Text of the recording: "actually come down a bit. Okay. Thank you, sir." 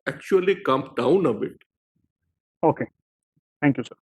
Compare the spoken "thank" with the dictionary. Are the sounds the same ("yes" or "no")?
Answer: no